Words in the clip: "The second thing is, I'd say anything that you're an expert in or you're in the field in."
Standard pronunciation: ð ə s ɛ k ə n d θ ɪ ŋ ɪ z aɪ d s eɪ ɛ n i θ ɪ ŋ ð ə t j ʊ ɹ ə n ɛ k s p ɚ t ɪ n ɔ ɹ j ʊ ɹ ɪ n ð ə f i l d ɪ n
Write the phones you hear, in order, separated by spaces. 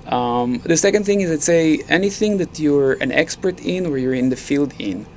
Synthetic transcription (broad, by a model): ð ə s ɛ k ə n d θ ɪ ŋ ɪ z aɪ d s eɪ ɛ n i θ ɪ ŋ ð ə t j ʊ ɹ ə n ɛ k s p ɚ t ɪ n ɔ ɹ j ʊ ɹ ɪ n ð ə f i l d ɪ n